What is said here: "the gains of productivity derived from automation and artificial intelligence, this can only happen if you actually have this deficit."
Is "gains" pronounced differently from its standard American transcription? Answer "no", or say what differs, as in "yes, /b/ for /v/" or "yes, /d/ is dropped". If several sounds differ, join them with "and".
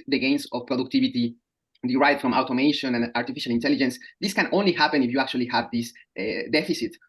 yes, /s/ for /z/